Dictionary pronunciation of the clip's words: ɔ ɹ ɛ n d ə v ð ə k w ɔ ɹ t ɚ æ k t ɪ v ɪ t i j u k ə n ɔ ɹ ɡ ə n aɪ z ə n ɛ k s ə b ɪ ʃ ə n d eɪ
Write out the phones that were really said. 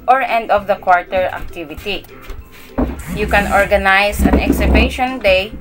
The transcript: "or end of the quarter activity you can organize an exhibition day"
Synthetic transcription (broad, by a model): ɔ ɹ ɛ n d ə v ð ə k w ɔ ɹ t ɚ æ k t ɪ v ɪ t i j u k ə n ɔ ɹ ɡ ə n aɪ s ə n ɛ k s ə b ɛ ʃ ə n d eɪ